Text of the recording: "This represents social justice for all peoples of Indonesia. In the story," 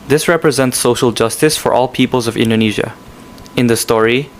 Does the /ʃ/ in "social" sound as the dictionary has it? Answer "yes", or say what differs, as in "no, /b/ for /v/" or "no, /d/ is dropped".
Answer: yes